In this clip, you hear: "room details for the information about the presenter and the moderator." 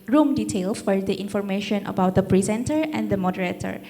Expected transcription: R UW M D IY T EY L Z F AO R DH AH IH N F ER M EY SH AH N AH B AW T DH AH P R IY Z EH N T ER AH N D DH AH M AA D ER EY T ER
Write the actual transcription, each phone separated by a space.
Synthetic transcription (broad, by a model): R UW M D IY T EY L F AO R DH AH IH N F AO M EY SH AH N AH B AW T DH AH P R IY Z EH N T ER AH N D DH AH M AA D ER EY T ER